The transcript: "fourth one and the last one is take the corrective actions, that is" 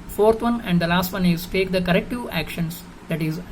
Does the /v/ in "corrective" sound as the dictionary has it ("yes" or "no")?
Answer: no